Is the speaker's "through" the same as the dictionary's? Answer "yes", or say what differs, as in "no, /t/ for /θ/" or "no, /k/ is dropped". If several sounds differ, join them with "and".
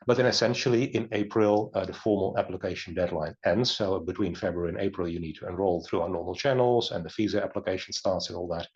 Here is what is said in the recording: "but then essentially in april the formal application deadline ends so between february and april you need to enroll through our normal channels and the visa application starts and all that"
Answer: yes